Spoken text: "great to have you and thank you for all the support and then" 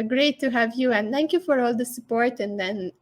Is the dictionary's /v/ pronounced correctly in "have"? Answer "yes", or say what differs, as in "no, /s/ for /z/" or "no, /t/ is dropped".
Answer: yes